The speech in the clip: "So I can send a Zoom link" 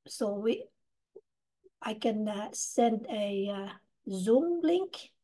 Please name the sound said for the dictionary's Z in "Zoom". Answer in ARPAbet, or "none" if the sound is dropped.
Z